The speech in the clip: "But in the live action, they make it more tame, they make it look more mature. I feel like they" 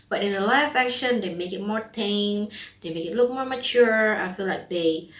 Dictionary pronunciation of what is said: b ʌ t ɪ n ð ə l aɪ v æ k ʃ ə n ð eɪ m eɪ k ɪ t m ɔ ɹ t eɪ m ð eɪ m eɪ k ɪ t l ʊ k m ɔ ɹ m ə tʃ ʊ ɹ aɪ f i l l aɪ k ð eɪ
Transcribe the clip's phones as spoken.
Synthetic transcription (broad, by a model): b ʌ t ɪ n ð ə l aɪ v æ k ʃ ə n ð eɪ m eɪ k ɪ t m ɔ ɹ t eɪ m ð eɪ m eɪ k ɪ t l ʊ k m ɔ ɹ m ə tʃ ʊ ɹ aɪ f i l l aɪ k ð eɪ